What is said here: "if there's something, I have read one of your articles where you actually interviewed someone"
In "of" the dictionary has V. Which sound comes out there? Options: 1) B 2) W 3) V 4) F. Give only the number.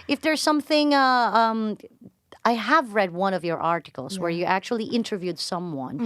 3